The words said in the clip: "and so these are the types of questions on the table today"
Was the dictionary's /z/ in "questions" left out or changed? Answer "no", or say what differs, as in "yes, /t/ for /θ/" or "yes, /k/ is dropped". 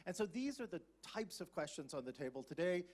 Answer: no